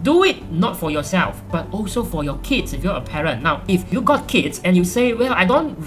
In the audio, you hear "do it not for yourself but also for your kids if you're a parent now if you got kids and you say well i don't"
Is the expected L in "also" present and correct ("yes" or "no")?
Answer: yes